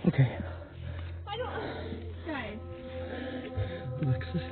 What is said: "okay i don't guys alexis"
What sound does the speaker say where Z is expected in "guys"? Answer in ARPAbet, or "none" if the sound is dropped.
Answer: none